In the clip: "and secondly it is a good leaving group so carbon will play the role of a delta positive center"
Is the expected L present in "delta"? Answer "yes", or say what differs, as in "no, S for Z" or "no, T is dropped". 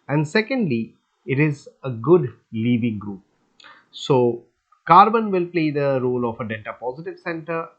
no, N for L